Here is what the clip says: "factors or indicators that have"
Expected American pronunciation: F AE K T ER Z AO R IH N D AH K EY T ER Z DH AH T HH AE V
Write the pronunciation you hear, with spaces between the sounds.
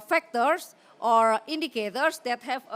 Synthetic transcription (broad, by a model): F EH K T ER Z AO R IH N D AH K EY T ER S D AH T HH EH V